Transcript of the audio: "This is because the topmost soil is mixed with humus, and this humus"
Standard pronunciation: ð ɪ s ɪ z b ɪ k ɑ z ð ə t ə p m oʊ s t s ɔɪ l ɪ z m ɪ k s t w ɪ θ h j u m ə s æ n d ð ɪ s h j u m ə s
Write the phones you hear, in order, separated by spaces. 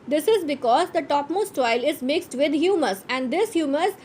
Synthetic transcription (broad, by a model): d ɪ s ɪ z b ɪ k ɑ z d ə t ə p m oʊ s t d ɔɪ l ɪ z m ɪ k s t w ɪ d h j u m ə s æ n d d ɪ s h j u m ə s